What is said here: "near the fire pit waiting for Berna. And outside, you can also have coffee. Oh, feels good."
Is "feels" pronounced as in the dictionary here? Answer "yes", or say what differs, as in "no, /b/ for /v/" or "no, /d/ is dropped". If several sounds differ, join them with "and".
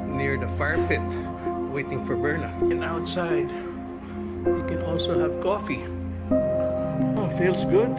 no, /s/ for /z/